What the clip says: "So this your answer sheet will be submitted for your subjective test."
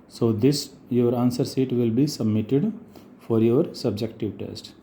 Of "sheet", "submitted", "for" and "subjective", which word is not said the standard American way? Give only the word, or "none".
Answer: sheet